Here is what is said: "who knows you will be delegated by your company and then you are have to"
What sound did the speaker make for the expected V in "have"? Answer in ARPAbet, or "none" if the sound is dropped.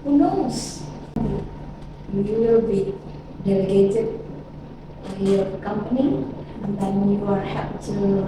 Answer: P